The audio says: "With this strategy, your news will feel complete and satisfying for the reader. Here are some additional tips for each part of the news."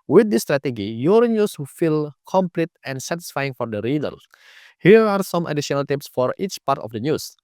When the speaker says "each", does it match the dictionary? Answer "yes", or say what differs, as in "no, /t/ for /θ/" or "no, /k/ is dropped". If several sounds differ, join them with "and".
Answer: yes